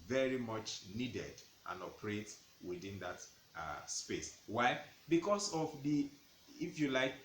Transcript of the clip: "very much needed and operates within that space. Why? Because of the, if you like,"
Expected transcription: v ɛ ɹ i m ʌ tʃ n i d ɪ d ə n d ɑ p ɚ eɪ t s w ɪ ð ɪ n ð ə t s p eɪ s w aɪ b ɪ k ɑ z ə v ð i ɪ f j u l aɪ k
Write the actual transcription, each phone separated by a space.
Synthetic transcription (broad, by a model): v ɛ ɹ i m ʌ tʃ n i d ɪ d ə n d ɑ p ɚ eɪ t w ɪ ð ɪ n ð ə t s p eɪ s w aɪ b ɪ k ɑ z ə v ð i ɪ f j u l aɪ k